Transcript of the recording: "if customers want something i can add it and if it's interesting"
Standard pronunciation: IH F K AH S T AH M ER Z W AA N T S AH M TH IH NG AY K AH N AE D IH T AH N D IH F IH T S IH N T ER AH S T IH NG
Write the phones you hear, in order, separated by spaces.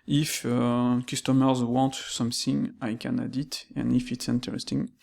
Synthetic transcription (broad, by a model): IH F K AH S T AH M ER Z W AA N T S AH M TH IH NG AY K AH N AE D IH T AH N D IH F IH T S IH N T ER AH S T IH NG